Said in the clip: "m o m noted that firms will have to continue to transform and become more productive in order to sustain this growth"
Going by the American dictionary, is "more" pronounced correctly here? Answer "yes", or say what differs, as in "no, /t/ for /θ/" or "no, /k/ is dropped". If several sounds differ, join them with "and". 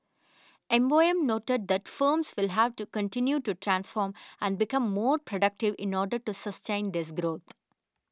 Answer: yes